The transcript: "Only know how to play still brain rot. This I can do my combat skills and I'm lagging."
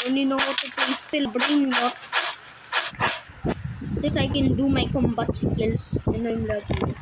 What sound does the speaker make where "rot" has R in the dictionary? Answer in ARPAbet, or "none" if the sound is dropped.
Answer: L